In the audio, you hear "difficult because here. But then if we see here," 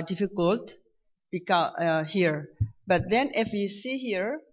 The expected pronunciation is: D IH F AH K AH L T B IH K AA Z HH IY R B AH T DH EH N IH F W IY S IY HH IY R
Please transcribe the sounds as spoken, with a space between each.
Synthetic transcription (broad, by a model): D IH F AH K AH L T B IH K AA HH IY R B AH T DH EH N IH F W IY S IY HH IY R